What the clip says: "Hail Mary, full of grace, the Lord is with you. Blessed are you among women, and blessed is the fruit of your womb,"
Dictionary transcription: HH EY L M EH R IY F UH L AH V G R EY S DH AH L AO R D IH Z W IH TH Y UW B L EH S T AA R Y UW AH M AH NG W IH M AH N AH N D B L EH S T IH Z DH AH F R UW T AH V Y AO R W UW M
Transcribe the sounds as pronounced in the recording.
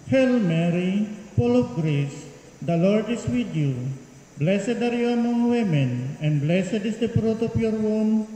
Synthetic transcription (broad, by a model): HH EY L M EH R IY P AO L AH F G R EY S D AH L AO R D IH S W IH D Y UW B L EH S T AA R Y UW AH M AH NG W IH M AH N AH N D B L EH S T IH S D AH P R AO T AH P Y AO R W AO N